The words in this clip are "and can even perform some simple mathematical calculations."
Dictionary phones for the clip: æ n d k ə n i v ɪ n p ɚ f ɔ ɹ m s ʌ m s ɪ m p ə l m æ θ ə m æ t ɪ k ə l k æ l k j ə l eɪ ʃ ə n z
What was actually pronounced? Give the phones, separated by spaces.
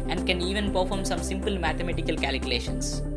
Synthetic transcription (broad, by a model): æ n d k ə n i v ɪ n p ɚ f ɔ ɹ m s ʌ m s ɪ m p ə l m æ t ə m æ t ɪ k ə l k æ l k j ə l eɪ ʃ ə n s